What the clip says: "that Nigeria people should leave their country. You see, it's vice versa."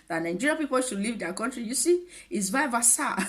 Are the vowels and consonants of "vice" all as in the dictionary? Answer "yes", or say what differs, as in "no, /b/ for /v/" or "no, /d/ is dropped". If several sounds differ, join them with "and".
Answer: no, /s/ is dropped